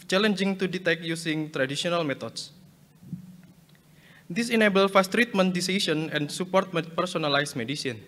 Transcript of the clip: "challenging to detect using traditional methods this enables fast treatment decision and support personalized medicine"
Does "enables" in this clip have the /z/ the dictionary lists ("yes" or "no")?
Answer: no